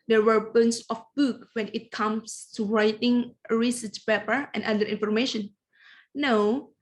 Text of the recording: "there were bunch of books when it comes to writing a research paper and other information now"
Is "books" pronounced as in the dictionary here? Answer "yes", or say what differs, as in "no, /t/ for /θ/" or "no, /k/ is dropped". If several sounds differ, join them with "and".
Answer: no, /s/ is dropped